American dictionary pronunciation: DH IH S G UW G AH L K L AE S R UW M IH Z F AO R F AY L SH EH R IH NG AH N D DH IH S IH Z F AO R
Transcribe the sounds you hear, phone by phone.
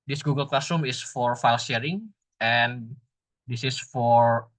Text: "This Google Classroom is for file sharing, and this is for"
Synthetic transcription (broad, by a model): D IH S G UW G AH L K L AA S UW M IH S F AO R F AY L SH EH R IH NG AH N D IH S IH S F AO R